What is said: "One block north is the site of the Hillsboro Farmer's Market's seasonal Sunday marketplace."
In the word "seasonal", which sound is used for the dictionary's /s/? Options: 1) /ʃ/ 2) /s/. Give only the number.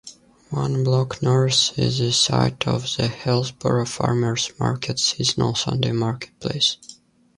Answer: 2